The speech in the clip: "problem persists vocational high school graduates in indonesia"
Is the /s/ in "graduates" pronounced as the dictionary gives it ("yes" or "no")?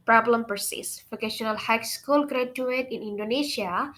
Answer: no